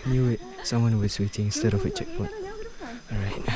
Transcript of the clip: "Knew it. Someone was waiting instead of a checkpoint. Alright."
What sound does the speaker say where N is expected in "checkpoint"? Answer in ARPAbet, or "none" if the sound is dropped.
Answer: none